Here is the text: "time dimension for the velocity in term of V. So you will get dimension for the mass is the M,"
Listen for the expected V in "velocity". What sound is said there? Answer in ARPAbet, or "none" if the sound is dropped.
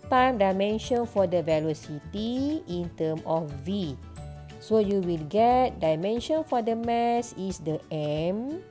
V